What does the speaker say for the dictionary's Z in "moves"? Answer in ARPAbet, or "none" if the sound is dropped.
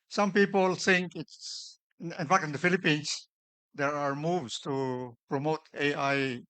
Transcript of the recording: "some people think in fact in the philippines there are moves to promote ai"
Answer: S